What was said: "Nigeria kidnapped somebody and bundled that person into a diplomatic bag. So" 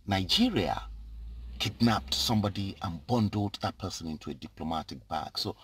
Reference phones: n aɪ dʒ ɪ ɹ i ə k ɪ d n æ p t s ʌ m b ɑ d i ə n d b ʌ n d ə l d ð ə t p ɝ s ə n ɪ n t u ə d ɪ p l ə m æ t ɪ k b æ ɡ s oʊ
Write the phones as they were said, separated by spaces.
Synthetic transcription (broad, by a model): n aɪ dʒ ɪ ɹ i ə k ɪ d n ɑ p t s ʌ m b ɑ d i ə n b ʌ n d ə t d ð ə t p ɝ s ə n ɪ n t u ə d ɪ p l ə m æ t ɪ k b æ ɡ s oʊ